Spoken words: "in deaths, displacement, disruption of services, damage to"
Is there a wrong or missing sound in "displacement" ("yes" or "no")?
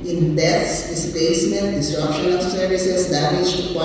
yes